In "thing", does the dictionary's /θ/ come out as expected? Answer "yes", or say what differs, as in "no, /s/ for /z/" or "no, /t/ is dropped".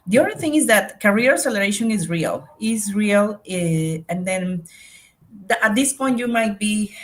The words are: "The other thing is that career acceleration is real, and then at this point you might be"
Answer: yes